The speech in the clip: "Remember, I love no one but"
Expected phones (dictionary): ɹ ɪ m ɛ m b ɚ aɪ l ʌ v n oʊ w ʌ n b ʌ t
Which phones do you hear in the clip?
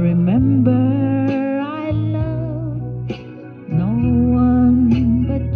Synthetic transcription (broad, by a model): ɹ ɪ m ɛ m b ɚ aɪ n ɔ n oʊ w ʌ n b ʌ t